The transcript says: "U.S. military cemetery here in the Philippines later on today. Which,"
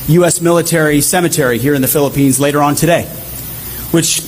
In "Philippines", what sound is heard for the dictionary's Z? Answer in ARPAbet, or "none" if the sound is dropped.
Z